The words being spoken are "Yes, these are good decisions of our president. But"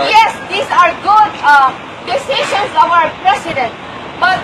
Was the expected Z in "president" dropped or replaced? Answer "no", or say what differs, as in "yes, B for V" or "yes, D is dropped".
yes, S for Z